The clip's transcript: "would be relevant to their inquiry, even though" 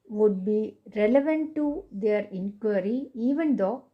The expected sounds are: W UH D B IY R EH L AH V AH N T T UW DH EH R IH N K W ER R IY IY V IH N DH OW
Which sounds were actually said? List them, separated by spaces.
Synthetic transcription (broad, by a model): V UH D B IY R EH L AH V AH N T T UW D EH R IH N K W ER R IY IY V IH N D OW